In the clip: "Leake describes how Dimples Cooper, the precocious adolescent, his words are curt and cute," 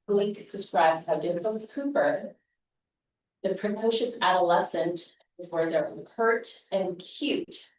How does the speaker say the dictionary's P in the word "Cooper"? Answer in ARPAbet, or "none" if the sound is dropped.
P